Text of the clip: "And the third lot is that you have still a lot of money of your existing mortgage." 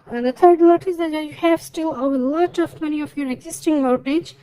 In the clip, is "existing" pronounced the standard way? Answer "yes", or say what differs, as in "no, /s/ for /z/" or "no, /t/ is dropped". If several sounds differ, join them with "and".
yes